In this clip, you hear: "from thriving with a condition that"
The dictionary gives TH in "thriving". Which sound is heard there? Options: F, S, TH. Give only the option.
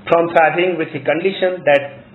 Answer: F